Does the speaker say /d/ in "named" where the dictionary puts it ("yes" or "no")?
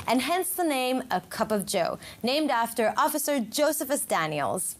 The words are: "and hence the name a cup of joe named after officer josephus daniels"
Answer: yes